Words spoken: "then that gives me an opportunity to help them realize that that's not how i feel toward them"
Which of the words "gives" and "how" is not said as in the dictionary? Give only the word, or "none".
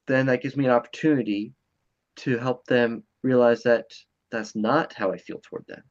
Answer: none